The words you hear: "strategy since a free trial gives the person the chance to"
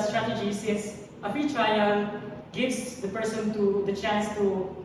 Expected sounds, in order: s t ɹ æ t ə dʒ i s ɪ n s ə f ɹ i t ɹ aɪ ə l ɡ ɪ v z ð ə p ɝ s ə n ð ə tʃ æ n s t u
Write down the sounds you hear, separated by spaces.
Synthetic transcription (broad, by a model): s t ɹ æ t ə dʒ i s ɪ s ə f i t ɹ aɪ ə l ɡ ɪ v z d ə p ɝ s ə n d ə tʃ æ n s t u